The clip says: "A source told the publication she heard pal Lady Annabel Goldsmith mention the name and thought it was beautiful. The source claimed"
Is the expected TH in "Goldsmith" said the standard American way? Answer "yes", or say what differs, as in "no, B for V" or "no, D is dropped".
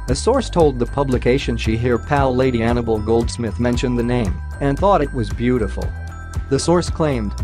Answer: yes